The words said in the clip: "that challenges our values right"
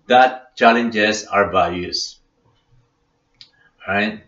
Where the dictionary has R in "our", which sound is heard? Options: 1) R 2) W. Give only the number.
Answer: 1